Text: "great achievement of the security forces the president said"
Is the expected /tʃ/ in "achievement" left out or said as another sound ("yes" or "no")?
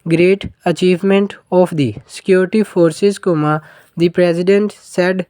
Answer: no